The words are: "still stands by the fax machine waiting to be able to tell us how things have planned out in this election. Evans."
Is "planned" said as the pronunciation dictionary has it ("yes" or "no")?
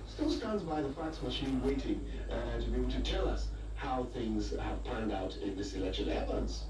yes